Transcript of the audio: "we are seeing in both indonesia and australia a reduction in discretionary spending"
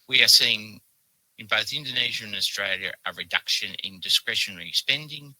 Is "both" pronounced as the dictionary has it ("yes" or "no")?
yes